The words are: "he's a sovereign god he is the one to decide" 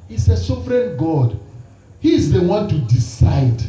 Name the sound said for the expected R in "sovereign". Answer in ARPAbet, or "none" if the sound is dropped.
R